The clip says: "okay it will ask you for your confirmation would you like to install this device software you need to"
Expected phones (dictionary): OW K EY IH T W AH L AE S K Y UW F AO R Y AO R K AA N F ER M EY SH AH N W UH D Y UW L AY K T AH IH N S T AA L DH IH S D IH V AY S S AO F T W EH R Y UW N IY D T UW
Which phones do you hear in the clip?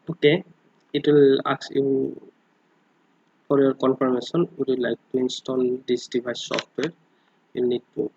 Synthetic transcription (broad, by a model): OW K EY IH T W AH L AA K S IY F AO R Y AO R K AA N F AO M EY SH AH N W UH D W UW L AY K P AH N S T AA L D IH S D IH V AY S S AO F T W EH R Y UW N IY D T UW